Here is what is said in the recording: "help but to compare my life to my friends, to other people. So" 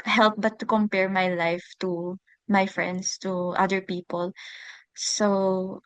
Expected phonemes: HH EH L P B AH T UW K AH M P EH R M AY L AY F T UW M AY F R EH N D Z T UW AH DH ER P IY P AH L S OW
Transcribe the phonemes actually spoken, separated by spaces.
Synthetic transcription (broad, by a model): HH EH L P B AH T UW K AH M P EH R M AY L AY F T UW M AY F R EH N D S T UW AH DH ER P IY P AH L S OW